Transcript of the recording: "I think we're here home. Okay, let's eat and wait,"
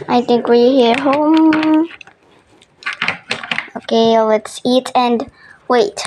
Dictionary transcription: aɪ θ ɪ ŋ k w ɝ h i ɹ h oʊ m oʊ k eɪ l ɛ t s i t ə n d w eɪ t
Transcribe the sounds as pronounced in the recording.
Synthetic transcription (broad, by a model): aɪ θ ɪ ŋ k w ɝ h i ɹ h oʊ m oʊ k eɪ l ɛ t s i t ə n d w eɪ t